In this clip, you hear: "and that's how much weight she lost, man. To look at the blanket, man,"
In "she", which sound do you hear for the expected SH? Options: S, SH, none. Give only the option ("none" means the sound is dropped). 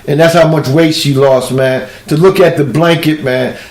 S